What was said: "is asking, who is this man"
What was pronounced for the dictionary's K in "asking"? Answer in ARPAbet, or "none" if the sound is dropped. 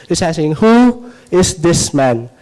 none